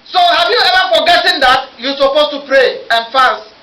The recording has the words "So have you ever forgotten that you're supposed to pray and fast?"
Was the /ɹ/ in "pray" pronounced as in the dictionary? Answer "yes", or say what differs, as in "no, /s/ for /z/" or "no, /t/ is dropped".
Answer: yes